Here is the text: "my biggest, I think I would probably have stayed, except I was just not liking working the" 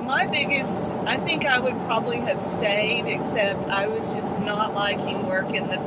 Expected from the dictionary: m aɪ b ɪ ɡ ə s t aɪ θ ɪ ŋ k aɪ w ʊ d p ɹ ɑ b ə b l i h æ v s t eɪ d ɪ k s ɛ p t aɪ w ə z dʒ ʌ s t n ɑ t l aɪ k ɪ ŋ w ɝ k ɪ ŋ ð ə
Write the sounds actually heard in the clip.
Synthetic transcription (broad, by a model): m aɪ b ɪ ɡ ə s t aɪ θ ɪ ŋ k aɪ w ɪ d p ɹ ɑ b ə b l i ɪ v s t eɪ d ɪ k s ɛ p t aɪ w ə z dʒ ʌ s n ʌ t l aɪ k ɪ ŋ w ɝ k ɪ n ð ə